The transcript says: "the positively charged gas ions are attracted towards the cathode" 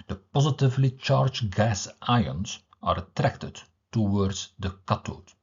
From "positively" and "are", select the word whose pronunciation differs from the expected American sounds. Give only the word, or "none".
none